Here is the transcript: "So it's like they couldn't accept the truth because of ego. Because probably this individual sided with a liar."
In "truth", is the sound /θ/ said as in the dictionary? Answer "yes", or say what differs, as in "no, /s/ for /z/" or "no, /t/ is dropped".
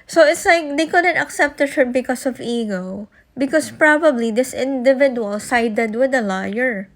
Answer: no, /t/ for /θ/